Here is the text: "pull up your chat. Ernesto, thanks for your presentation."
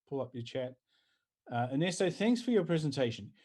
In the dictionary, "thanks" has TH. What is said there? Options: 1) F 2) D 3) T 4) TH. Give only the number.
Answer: 4